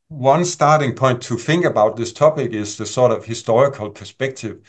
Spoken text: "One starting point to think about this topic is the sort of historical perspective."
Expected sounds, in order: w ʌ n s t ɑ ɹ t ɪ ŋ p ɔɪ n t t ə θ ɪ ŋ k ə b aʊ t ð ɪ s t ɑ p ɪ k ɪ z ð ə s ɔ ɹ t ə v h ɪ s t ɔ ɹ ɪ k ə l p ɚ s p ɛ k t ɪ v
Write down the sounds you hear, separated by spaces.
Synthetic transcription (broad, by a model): w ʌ n s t ɑ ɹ t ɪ ŋ p ɔɪ n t t ə θ ɪ ŋ k ə b aʊ t ð ɪ s t ɑ p ɪ k ɪ z ð ə s ɔ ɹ t ə v h ɪ s t ɔ ɹ ɪ k ə l p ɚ s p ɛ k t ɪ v